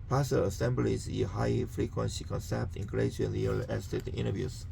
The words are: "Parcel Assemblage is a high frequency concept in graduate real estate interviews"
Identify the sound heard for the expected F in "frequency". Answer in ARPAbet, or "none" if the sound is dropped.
F